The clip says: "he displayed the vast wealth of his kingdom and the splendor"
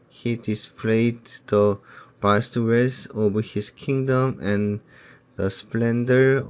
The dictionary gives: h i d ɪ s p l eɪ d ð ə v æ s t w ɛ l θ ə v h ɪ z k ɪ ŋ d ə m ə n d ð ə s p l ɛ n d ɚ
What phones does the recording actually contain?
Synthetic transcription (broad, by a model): h i d ɪ s p l eɪ d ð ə b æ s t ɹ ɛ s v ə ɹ h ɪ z k ɪ ŋ d ə m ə n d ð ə s p l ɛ n d ɚ